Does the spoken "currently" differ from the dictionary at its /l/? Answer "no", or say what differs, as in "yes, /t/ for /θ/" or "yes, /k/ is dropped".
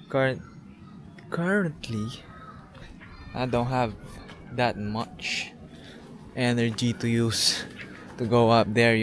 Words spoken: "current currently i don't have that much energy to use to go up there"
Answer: yes, /l/ is dropped